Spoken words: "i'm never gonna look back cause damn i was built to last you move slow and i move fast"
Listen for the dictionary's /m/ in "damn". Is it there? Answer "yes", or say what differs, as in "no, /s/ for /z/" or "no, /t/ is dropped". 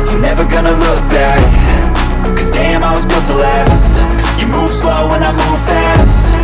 yes